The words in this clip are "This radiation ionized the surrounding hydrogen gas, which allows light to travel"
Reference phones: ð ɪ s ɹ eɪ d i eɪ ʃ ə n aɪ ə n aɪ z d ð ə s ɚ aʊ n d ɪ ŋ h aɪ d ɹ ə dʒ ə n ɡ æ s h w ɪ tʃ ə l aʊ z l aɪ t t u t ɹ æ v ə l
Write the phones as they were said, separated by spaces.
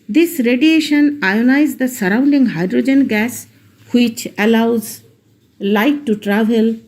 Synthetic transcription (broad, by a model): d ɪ s ɹ eɪ d i eɪ ʃ ə n aɪ ə n aɪ z d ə s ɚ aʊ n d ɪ ŋ h aɪ d ɹ ə dʒ ə n ɡ æ s h w ɪ tʃ ə l aʊ z l aɪ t t u t ɹ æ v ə l